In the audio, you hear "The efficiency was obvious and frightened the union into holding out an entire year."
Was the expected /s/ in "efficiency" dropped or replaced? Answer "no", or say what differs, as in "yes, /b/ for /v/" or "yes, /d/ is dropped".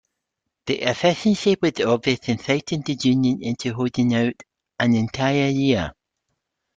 yes, /ʃ/ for /s/